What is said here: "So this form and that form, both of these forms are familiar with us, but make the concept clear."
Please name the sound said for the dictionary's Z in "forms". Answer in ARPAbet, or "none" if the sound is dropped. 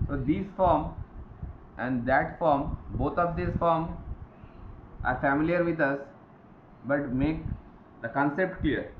none